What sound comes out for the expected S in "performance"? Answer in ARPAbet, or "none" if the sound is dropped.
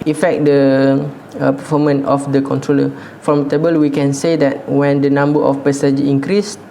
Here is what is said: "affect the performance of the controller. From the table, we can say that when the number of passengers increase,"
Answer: none